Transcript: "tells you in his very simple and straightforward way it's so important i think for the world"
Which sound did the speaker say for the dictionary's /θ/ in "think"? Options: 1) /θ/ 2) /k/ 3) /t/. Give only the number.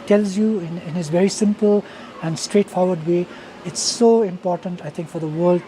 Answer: 3